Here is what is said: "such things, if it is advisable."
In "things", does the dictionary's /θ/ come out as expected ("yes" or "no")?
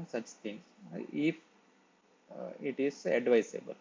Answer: no